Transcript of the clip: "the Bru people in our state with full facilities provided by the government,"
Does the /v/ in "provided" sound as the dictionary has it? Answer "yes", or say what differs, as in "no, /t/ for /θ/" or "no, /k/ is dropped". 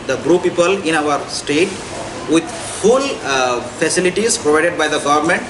yes